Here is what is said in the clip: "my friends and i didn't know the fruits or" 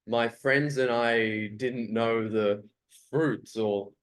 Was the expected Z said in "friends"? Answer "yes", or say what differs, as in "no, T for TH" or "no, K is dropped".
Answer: yes